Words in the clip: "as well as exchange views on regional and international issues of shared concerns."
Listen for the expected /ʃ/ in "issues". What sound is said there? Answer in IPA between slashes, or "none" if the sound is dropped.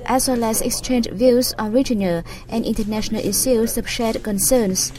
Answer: /s/